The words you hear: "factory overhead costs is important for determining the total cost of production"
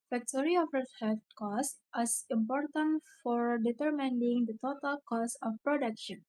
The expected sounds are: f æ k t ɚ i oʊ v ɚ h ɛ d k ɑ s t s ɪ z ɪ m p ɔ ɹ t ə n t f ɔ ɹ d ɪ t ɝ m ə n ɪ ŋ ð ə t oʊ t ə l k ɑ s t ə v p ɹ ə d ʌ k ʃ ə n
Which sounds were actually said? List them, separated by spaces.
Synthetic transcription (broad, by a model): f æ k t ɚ i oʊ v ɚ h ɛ k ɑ s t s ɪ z ɪ m p ɔ ɹ t ə n t f ɔ ɹ d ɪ t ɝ m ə n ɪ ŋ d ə t oʊ t ə l k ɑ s ə f p ɹ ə d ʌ k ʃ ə n